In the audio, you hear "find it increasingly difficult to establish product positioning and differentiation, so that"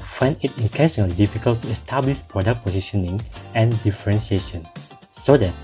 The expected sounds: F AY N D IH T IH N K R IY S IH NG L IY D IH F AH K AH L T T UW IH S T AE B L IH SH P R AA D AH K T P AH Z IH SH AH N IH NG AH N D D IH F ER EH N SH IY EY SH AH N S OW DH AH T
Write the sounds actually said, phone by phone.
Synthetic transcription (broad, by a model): F AY N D IH T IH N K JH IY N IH L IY D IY F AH K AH L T T UW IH S T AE B L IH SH P R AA D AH K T P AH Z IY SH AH N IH NG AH N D D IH F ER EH N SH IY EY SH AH N S OW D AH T